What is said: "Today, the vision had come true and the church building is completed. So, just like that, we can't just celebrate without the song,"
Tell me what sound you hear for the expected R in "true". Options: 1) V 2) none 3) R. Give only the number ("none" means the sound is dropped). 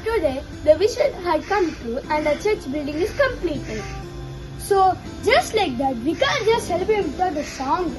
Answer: 2